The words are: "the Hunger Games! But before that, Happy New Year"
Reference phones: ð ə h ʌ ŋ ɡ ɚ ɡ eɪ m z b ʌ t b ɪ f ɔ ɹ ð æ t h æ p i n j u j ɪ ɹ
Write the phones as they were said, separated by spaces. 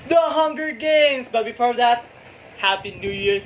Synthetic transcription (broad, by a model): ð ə h ʌ ŋ ɡ ɚ ɡ eɪ m s b ʌ t b ɪ f ɔ ɹ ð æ t h æ p i n j u j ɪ ɹ